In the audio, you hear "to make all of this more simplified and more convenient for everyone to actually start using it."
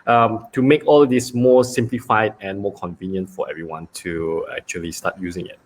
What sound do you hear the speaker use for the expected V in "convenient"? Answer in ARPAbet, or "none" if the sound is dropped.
V